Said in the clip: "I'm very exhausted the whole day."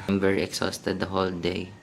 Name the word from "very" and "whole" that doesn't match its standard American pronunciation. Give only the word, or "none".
very